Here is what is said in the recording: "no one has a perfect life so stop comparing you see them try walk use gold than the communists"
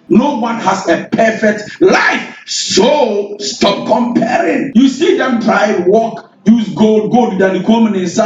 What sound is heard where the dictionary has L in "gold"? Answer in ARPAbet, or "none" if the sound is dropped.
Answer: L